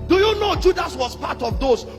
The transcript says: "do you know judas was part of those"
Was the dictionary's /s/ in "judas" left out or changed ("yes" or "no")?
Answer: no